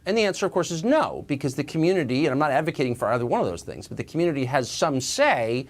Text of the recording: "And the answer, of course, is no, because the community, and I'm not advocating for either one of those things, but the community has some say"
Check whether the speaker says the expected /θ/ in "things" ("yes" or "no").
yes